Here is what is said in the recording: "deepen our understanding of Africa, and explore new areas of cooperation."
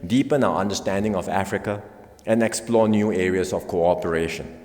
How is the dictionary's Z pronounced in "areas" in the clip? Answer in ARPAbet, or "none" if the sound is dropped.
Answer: S